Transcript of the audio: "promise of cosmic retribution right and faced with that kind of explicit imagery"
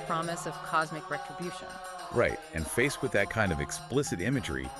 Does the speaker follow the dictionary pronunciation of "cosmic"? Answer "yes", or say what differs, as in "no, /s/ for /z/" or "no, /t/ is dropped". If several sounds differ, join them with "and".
yes